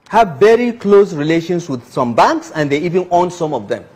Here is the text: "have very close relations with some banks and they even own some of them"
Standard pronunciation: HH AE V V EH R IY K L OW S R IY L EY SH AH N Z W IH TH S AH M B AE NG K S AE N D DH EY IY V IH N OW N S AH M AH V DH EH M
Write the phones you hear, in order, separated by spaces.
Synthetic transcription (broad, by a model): HH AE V V EH R IY K L OW S R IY L EY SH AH N S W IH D S AH M B AE NG K S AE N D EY IY V IH N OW N S AH M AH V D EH M